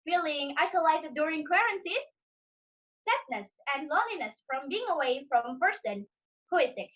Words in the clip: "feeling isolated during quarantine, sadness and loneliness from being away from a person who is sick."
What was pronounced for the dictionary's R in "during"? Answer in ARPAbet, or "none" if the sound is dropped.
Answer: R